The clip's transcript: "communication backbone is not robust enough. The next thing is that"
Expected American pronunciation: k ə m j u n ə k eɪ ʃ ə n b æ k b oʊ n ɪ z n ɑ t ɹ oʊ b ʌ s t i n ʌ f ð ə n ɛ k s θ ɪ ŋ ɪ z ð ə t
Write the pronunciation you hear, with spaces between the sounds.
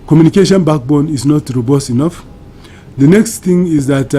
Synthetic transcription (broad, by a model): k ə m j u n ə k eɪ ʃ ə n b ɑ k b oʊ n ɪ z n ɑ t ɹ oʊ b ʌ s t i n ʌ f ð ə n ɛ k s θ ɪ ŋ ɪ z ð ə t